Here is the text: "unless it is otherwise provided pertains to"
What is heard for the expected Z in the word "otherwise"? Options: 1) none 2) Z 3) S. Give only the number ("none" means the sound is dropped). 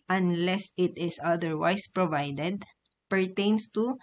3